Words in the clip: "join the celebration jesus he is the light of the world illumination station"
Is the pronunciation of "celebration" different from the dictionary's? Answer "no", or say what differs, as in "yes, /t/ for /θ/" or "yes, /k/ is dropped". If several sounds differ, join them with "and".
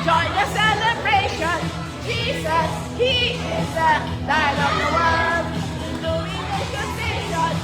no